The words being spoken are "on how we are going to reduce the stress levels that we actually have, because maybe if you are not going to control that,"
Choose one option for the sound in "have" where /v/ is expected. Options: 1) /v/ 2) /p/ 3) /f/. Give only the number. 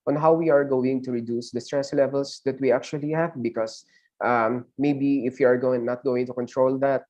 1